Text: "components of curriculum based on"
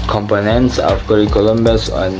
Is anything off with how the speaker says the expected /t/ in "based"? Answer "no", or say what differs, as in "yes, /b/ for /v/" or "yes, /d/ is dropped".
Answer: yes, /t/ is dropped